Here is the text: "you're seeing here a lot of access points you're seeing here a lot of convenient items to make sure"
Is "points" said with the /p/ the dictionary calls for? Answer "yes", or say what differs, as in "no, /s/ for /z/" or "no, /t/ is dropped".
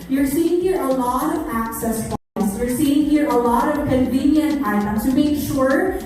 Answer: no, /f/ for /p/